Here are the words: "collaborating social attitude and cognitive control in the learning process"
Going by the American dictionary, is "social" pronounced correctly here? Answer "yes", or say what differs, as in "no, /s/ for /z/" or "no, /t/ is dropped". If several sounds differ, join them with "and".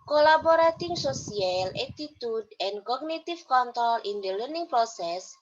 no, /s/ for /ʃ/